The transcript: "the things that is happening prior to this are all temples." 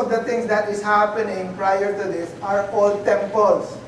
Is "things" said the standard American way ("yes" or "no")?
no